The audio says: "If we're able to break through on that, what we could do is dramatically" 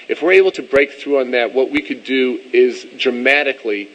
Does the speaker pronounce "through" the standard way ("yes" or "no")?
yes